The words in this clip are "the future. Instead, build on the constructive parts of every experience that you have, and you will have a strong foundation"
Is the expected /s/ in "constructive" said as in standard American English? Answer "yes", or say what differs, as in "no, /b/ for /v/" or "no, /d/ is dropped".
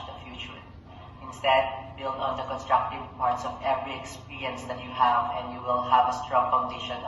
yes